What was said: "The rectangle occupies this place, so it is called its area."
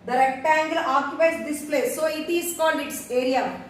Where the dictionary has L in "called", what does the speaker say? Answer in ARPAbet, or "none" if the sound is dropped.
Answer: N